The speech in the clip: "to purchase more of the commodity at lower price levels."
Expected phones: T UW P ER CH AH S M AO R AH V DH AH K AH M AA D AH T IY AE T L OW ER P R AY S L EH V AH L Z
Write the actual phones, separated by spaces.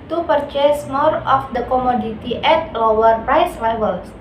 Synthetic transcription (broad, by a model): T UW P ER CH AH S M AO R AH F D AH K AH M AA D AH T IY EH T L OW ER P R AY S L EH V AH L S